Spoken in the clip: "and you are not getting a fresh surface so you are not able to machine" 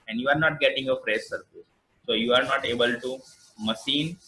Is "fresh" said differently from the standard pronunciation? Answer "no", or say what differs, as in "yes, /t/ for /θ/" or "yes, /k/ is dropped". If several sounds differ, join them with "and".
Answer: yes, /s/ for /ʃ/